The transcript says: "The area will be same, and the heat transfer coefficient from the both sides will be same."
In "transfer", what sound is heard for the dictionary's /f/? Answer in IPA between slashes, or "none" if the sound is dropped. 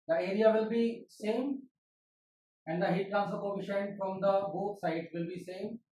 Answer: none